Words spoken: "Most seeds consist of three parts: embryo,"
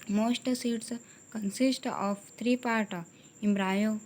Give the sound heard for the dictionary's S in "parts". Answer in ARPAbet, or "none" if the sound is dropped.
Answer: none